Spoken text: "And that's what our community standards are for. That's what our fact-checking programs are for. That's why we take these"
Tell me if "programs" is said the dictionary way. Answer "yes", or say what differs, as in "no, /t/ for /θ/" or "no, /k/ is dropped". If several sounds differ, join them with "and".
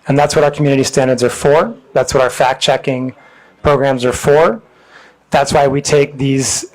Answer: yes